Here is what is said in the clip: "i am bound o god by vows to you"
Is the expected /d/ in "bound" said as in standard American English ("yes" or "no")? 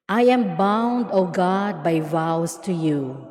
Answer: yes